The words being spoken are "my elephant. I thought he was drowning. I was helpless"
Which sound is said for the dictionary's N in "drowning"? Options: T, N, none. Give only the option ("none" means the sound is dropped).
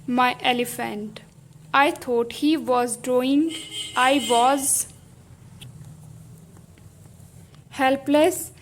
none